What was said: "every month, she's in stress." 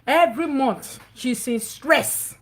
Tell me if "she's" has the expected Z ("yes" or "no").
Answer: no